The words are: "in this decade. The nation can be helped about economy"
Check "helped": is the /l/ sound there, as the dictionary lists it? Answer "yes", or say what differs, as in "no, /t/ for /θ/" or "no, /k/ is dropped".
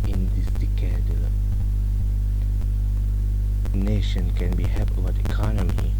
no, /l/ is dropped